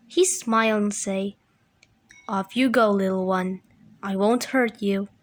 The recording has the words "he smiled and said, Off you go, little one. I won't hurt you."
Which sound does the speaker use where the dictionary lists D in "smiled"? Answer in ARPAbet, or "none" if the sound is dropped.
none